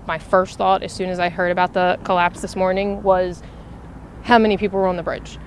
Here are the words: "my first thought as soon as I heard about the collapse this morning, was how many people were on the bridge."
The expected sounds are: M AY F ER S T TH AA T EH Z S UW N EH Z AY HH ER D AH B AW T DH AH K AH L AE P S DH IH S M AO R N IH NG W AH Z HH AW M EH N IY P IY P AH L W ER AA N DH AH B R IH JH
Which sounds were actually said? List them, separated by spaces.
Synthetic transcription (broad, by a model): M AY F ER S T TH AA T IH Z S UW N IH Z AY HH ER D AH B AW T DH AH K AH L AE P S DH IH S M AO R N IH NG W AH Z HH AW M EH N IY P IY P L W ER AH N DH AH B R IH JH